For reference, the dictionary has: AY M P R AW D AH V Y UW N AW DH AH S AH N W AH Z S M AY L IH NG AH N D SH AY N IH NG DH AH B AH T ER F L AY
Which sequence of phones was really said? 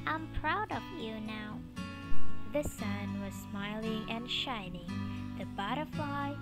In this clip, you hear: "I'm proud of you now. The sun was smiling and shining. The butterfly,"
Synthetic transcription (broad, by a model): AY M P R AW D AH V Y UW N AW DH AH S AH N W AH Z S M AY L IH NG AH N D SH AY N IH NG DH AH B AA T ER F L AY